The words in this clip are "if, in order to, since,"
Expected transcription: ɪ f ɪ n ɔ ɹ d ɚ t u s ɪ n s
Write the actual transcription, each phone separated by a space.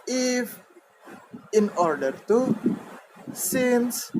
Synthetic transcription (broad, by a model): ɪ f ɪ n ɔ ɹ d ɚ t u s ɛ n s